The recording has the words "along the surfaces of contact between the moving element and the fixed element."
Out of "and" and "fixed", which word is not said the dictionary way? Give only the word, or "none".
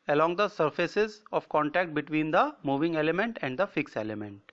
fixed